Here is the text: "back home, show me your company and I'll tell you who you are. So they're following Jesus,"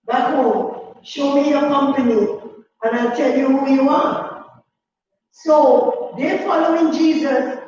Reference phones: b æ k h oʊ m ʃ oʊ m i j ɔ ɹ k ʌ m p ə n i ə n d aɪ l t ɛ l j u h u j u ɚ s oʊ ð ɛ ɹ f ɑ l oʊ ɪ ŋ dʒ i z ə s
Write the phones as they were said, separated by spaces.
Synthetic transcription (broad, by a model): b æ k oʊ ʃ oʊ m i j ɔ k ʌ m p ə n i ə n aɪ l t ɛ l j u h u j u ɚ s oʊ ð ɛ f ɑ l oʊ ɪ ŋ dʒ i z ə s